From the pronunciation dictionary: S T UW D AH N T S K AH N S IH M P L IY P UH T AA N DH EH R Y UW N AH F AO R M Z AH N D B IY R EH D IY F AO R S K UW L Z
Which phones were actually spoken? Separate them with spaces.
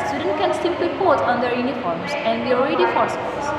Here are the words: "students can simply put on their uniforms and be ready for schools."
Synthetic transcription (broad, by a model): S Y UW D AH N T K AH N S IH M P IY B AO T AA N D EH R Y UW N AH F AO R M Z AH N D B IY R EH D IY F AO R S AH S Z